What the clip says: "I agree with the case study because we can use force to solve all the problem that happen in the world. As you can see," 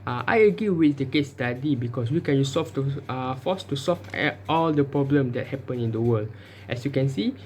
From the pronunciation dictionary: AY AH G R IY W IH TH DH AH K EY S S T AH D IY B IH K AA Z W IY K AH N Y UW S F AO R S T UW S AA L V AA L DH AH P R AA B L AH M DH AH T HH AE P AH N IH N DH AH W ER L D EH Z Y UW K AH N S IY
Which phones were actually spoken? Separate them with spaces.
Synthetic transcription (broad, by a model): AY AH G IY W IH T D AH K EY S S T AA D IY B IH K AA S W IY K AH N Y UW S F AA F S T UW S AA L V AA L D AH P R AA B L AH M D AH T HH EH P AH N IH N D AH W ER L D EH S Y UW K AH N S IY